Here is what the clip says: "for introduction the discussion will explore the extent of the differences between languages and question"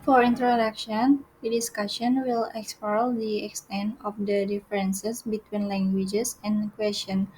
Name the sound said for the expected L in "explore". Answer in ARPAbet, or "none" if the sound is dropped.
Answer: none